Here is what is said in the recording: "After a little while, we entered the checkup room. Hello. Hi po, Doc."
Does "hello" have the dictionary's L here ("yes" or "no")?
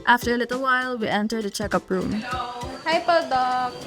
no